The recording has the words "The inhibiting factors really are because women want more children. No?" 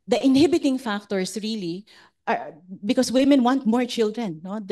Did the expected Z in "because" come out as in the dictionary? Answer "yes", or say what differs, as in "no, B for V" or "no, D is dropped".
no, S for Z